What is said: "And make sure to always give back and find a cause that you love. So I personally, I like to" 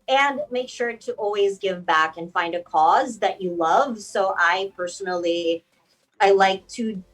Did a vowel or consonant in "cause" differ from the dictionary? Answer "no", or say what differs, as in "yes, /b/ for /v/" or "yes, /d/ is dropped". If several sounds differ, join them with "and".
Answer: no